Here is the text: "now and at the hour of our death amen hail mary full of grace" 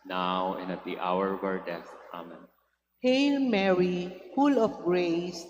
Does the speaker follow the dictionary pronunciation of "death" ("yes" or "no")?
no